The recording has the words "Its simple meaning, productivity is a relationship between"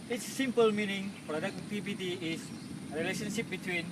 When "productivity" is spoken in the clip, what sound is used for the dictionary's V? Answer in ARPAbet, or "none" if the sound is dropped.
B